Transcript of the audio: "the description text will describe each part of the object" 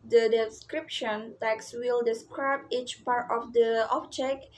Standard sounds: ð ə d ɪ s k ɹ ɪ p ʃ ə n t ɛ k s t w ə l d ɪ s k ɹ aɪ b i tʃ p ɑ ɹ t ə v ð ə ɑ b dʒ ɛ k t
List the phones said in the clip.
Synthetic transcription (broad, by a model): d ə d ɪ s k ɹ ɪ p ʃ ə n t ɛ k s w ə l d ɪ s k ɹ aɪ b i tʃ p ɑ ɹ t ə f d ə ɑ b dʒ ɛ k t